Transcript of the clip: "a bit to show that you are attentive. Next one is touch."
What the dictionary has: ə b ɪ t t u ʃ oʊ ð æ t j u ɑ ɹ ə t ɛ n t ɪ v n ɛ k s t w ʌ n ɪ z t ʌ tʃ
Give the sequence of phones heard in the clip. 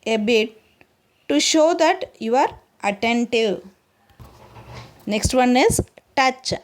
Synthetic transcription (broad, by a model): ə b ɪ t t u ʃ oʊ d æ t j u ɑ ɹ ə t ɛ n t ɪ v n ɛ k s t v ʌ n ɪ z t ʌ tʃ